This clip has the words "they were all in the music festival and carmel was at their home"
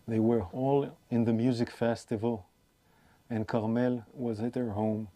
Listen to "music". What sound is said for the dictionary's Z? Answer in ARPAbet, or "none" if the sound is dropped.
Z